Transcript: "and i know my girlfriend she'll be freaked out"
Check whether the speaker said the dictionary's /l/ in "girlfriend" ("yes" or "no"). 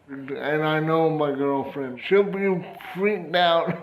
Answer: yes